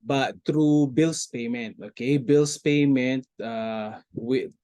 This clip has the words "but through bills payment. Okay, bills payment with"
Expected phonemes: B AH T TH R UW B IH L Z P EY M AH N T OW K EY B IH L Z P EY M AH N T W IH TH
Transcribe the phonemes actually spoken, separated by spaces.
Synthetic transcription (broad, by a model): B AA T T R UW B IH L S P EY M AH N T OW K EY B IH L S P EY M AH N T W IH